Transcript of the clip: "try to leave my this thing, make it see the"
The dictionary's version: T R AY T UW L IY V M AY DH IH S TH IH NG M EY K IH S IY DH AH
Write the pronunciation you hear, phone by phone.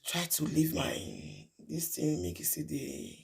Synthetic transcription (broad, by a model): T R AY T UW L IY V M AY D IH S T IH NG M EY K IH S IY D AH